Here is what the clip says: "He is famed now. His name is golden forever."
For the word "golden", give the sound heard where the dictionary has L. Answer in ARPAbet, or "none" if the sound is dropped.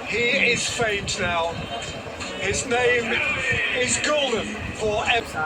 L